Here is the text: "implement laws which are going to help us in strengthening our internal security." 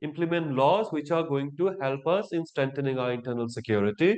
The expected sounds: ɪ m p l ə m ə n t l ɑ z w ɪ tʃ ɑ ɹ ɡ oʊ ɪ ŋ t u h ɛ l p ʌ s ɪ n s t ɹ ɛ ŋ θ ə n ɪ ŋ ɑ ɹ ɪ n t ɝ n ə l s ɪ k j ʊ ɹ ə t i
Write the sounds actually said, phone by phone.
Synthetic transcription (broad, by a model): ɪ m p l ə m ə n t l ɑ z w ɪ tʃ ɑ ɹ ɡ oʊ ɪ ŋ t u h ɛ l p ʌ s ɪ n s t ɹ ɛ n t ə n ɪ ŋ ɑ ɹ ɪ n t ɝ n ə l s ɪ k j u ɹ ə t i